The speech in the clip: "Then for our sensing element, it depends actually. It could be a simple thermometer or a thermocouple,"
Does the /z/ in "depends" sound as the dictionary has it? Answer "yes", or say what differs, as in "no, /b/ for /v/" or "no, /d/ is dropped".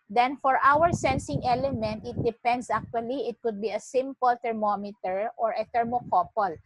no, /s/ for /z/